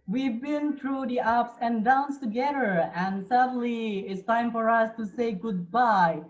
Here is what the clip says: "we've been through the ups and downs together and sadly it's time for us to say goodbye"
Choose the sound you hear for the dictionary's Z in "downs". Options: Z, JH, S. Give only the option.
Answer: S